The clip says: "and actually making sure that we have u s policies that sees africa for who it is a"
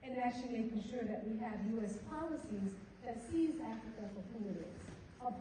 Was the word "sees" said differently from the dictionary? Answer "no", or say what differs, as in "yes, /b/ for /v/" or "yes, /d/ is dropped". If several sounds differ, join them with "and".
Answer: no